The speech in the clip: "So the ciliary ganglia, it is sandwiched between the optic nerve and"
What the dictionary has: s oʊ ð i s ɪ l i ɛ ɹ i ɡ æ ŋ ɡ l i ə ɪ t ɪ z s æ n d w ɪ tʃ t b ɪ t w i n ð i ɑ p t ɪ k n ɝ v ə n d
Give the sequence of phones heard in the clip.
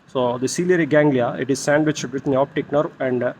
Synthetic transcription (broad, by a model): s oʊ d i s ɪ l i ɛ ɹ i ɡ æ ŋ ɡ l i ə ɪ t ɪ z s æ n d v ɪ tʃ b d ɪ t n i ɑ p t ɪ k n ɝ ə n d